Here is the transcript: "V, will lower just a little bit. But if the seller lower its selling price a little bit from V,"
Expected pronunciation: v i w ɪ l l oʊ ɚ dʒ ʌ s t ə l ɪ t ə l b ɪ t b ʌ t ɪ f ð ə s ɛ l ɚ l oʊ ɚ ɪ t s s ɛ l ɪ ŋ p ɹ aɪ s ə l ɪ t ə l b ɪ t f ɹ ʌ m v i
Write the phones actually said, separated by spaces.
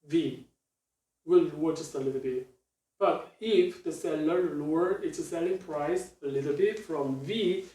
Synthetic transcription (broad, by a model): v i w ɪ l w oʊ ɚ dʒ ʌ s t ə l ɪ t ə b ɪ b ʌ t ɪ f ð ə s ɛ l ɚ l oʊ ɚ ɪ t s s ɛ l ɪ ŋ p ɹ aɪ s ə l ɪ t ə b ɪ f ɹ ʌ m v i